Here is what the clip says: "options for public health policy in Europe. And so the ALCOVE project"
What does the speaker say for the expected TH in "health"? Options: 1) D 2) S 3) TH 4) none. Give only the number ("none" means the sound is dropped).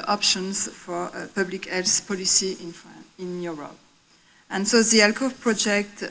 2